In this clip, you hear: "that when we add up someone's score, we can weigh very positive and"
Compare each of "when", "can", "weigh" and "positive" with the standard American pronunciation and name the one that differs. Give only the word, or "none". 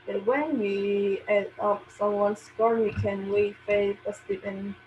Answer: positive